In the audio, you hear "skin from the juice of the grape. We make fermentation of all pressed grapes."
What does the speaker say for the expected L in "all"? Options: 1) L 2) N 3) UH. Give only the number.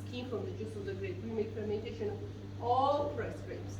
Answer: 1